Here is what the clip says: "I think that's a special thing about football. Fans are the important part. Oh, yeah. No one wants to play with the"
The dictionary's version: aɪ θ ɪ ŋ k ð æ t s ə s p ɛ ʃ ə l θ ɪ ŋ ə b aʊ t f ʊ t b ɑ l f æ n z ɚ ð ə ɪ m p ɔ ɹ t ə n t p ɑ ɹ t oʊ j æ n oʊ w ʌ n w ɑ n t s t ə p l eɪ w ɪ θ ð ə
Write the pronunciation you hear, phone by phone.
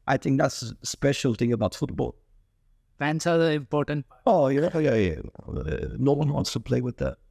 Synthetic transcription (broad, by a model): aɪ θ ɪ ŋ k ð æ t s ə s p ɛ ʃ ə l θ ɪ ŋ ə b aʊ t f ʊ t b ɑ l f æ n s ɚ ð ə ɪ m p ɔ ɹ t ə n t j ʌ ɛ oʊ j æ n oʊ w ʌ n w ɑ n t s t ə p l eɪ w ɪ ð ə